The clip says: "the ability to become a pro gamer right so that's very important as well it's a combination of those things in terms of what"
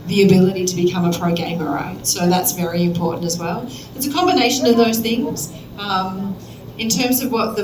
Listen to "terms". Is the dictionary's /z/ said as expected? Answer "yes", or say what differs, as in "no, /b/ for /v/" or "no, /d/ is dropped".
yes